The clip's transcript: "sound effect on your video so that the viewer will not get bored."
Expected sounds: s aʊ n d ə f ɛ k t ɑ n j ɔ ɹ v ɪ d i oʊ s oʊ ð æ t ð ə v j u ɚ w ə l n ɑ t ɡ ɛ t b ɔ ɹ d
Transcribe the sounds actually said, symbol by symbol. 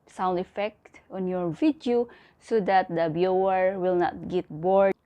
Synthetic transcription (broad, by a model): s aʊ n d ə f ɛ k t ɑ n j ɔ ɹ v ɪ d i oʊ s oʊ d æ t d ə b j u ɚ w ə l n ɑ t ɡ ɛ t b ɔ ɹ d